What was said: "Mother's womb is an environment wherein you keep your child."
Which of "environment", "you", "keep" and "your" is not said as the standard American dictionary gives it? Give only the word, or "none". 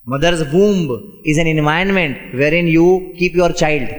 environment